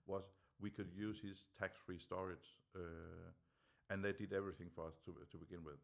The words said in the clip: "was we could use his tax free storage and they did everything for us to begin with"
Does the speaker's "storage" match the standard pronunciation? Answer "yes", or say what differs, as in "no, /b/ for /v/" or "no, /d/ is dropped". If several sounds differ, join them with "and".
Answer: no, /z/ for /dʒ/